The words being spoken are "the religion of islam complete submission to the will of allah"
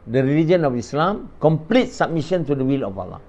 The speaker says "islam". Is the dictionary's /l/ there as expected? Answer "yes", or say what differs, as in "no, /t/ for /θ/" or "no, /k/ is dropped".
yes